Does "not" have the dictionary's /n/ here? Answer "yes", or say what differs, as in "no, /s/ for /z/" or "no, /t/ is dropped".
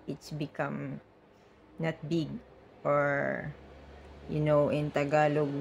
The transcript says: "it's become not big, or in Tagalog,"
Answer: yes